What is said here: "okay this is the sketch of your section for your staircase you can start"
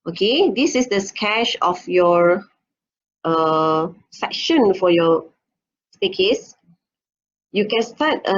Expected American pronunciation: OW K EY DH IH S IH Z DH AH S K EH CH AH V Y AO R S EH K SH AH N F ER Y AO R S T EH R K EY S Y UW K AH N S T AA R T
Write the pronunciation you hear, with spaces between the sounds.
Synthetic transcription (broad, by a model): OW K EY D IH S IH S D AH S K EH SH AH F Y AO R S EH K SH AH N F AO Y AO S T EH K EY S Y UW K AH N S T AA T